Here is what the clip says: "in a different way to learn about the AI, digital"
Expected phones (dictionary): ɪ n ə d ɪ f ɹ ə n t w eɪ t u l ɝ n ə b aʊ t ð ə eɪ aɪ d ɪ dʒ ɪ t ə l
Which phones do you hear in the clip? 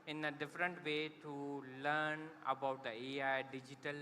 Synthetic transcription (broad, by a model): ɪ n ə d ɪ f ɹ ə n t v eɪ t u l ɝ n ə b aʊ t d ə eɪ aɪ d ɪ dʒ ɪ t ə l